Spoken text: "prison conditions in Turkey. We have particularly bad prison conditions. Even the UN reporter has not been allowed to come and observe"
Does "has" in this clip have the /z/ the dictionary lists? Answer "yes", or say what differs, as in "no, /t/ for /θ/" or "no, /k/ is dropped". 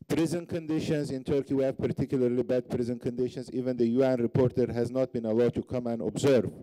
yes